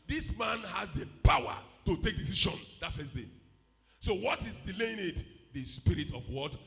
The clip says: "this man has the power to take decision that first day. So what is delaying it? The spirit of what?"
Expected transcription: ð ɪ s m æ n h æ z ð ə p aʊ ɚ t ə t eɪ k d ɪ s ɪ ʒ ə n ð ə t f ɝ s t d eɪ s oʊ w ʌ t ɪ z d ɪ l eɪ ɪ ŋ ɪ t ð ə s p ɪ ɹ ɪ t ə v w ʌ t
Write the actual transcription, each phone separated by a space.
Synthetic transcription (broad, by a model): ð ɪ s m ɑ n h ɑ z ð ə p aʊ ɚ t ə t eɪ k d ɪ s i ʃ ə n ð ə t f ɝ s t d eɪ s oʊ w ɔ t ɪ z d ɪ l eɪ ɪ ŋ ɪ t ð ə s p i ɹ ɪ t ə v w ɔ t